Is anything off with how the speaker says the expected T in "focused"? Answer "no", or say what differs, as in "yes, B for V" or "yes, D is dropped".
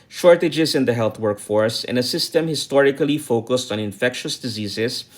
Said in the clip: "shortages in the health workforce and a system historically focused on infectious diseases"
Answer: no